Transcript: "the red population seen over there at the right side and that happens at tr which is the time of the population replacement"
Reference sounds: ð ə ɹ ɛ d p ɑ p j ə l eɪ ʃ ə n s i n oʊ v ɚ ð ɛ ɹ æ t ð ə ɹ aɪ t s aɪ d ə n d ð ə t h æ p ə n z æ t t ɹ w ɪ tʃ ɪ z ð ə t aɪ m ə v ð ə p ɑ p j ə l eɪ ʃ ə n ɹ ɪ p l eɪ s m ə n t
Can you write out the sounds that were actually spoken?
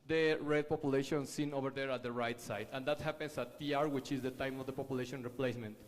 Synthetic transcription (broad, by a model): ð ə ɹ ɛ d p ɑ p j ə l eɪ ʃ ə n s i n oʊ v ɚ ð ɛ ɹ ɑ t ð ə ɹ aɪ t s aɪ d ə n d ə t h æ p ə n s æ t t ɹ w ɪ tʃ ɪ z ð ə t aɪ m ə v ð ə p ɑ p j ə l eɪ ʃ ə n ɹ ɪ p l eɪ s m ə n t